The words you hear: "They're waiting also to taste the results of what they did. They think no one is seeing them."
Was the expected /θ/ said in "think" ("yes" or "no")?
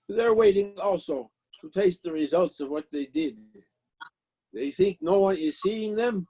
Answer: yes